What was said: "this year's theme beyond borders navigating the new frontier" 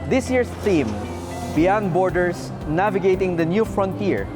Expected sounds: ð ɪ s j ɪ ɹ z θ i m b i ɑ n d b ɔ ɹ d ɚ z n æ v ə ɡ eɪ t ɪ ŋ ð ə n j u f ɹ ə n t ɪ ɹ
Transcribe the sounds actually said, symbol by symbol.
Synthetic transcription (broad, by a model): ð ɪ s j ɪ ɹ s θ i m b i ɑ n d b ɔ ɹ d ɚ s n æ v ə ɡ eɪ t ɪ ŋ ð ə n j u f ɹ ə n t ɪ ɹ